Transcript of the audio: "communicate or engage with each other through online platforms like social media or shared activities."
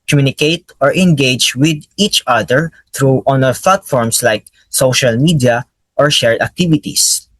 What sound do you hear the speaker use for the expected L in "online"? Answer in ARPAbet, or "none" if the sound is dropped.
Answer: none